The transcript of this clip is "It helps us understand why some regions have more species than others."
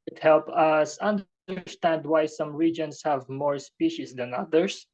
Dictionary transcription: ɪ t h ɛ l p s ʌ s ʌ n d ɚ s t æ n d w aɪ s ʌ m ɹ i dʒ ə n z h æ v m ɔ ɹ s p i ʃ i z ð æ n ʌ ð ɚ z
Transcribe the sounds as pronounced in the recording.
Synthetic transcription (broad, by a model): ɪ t h ɛ l p ʌ s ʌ n d ɚ s t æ n d w aɪ s ʌ m ɹ i dʒ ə n s h æ v m ɔ ɹ s p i ʃ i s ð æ n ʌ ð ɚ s